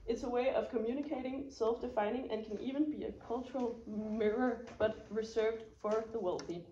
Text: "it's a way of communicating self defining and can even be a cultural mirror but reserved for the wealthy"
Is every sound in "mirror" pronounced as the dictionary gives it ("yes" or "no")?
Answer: yes